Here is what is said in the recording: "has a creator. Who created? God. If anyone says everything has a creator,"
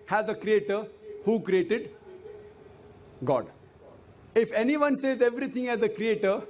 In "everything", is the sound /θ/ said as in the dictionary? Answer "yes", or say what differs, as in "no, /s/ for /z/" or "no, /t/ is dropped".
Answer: no, /t/ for /θ/